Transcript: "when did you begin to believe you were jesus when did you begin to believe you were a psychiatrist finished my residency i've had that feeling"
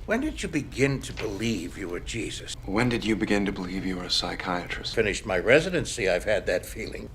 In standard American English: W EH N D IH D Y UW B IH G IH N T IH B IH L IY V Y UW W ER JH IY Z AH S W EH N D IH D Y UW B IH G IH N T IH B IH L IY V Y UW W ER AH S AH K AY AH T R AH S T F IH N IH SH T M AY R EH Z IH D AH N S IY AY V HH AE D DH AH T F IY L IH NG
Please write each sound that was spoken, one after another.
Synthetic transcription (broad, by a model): W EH N D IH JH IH B IH G IH N T IH B IH L IY V Y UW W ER JH IY Z AH S W EH N D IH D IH B IH G IH N T IH B IH L IY V Y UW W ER AH S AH K AY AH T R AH S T F IH N IH SH T M AY R EH Z IH D AH N S IY AY V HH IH D DH AH T F IY L IH NG